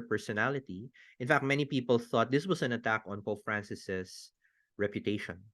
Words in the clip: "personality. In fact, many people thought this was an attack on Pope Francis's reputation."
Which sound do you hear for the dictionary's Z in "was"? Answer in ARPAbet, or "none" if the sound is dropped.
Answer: S